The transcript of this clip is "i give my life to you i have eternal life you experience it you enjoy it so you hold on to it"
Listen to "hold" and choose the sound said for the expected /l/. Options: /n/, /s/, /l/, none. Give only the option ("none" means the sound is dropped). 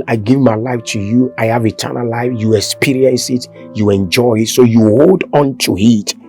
/l/